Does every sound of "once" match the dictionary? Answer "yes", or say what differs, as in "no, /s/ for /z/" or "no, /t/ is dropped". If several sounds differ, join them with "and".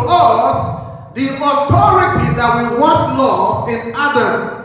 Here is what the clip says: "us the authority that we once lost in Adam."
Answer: no, /n/ is dropped